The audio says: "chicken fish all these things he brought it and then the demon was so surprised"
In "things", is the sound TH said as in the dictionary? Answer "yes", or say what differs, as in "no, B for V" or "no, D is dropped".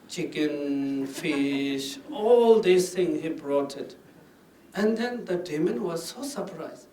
no, T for TH